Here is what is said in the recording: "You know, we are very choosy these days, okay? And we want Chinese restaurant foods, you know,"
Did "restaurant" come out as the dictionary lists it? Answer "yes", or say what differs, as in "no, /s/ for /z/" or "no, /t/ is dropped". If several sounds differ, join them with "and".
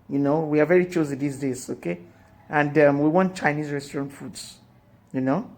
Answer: yes